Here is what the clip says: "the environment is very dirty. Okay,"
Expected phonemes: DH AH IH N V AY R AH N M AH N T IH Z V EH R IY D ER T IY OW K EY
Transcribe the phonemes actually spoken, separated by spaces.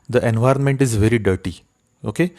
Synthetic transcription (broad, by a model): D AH IH N V AY R AH N M AH N T IH Z V EH R IY D ER T IY OW K EY